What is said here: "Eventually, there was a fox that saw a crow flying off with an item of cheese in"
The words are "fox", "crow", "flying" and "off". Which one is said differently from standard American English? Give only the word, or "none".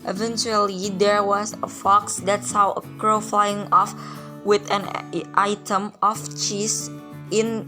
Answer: none